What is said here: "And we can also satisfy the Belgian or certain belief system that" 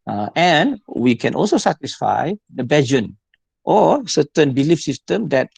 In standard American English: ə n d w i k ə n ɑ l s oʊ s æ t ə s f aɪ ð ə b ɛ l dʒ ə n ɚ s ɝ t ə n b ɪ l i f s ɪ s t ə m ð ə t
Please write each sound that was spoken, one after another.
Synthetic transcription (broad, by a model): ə n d w i k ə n ɑ l s oʊ s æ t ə s f aɪ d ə b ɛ dʒ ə n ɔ s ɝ t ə n b ɪ l i f s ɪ s t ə m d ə t